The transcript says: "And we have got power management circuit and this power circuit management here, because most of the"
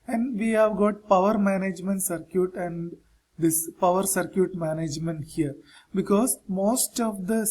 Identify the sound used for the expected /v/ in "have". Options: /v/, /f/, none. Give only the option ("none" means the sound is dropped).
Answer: /v/